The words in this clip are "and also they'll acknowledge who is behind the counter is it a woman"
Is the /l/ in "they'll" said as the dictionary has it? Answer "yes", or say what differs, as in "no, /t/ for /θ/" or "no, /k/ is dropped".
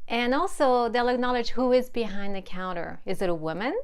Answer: yes